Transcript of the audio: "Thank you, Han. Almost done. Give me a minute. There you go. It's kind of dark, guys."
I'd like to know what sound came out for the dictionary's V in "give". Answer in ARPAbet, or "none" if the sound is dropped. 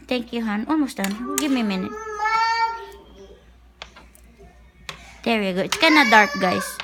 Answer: B